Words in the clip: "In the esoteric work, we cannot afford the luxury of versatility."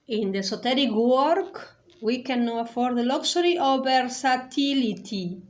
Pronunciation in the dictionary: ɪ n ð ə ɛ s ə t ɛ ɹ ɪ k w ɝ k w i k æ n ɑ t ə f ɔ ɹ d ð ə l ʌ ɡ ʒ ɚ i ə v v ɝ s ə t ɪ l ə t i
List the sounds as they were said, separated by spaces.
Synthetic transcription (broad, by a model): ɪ n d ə s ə t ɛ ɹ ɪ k w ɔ k w i k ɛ n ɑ ə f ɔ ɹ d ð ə l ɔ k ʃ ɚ i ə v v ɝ s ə t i l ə t i